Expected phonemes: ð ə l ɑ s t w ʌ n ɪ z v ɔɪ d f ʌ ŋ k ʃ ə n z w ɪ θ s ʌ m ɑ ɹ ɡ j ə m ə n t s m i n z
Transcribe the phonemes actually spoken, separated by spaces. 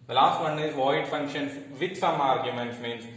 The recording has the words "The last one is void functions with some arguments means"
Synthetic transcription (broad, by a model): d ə l ɑ s t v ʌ n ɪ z v ɔɪ d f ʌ ŋ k ʃ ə n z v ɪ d s ʌ m ɑ ɹ ɡ j ə m ə n t s m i n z